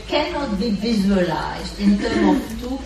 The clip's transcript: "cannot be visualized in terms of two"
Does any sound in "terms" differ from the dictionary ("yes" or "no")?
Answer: yes